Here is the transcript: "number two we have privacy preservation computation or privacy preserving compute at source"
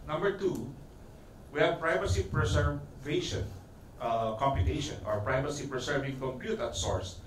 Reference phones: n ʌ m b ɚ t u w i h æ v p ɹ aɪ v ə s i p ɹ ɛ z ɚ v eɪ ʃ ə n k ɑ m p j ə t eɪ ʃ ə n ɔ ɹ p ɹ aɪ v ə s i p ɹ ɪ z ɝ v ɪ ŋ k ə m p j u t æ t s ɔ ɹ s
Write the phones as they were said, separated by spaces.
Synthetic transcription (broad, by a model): n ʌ m b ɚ t u w i h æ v p ɹ aɪ v ə s i p ɹ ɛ s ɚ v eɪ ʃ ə n k ɑ m p j ə t eɪ ʃ ə n ɔ ɹ p ɹ aɪ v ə s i p ɹ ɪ s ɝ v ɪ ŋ k ə m p j u t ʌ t s ɔ ɹ s